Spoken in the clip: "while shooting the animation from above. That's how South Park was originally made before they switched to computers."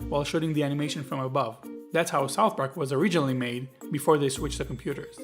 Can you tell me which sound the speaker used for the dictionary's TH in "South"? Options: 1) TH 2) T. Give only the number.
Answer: 1